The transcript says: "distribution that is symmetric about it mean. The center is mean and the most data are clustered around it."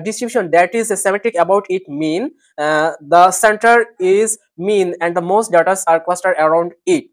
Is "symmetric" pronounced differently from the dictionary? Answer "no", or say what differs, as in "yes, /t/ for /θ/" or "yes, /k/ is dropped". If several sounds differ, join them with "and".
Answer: yes, /ɹ/ is dropped